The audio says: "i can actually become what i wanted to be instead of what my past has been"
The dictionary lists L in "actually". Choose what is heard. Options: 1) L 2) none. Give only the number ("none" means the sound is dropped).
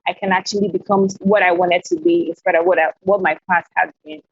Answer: 1